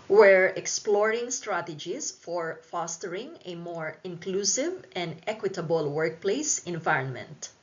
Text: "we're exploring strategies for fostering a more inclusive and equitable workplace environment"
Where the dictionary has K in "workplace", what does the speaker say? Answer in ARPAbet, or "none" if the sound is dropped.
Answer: K